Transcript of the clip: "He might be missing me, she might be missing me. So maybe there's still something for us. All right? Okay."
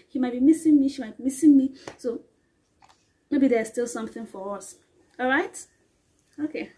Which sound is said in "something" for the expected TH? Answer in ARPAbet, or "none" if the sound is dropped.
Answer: TH